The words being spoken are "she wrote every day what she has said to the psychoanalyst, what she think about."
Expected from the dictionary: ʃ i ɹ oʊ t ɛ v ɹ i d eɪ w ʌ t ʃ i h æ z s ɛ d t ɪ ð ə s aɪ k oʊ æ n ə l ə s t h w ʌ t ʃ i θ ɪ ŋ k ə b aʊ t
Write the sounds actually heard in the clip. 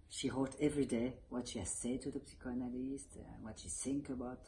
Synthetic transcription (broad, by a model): ʃ i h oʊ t ɛ v ɹ i d eɪ w ʌ t ʃ i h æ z s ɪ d t ɪ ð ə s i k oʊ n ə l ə s t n w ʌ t ʃ i θ ɪ ŋ k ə b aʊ t